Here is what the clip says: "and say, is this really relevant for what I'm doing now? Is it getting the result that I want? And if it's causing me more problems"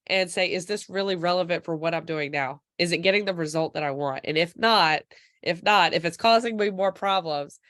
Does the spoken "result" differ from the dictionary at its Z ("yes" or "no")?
no